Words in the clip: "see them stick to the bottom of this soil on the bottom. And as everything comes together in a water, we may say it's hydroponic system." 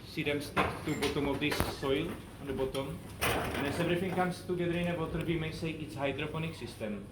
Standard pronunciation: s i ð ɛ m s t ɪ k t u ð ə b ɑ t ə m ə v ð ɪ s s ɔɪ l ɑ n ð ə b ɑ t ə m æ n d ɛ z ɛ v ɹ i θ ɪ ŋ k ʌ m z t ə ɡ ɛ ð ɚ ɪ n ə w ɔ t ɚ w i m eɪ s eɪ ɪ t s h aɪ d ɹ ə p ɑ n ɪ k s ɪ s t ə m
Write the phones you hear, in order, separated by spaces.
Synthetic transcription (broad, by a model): s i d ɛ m s t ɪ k t u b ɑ t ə m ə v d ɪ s s ɔɪ l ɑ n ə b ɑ t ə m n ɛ s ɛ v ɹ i f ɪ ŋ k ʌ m s t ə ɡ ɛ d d ɪ n ə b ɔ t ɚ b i m eɪ s eɪ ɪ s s h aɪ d ɹ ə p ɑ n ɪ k s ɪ s t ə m